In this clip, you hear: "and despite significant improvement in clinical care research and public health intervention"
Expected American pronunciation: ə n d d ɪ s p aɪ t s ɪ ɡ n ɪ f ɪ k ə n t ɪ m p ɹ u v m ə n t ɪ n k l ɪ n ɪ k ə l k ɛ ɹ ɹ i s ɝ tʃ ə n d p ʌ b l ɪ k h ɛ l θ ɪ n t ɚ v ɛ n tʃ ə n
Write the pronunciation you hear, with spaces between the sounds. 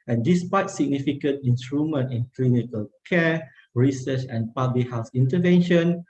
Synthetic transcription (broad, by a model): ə n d d ɪ s p aɪ t s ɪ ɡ n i f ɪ k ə n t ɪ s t ɹ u m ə n t ɪ n k l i n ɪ k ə l k ɛ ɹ ɹ i s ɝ tʃ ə n p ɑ b l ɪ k h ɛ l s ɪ n t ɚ v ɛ n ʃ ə n